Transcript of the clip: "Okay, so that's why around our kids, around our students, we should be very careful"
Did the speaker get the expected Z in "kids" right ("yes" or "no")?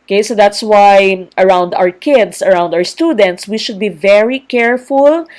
no